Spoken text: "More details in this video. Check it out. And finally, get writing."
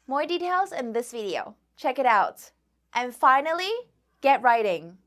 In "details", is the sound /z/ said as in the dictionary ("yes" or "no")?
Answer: yes